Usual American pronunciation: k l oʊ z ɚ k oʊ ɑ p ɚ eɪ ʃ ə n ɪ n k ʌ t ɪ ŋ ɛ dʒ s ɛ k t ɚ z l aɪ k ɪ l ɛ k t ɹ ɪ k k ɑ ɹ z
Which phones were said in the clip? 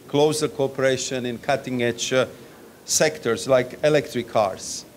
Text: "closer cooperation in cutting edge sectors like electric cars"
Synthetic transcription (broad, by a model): k l oʊ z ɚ k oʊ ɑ p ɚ eɪ ʃ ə n ɪ n k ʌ t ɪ ŋ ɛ tʃ s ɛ k t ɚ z l aɪ k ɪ l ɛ k t ɹ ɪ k k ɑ ɹ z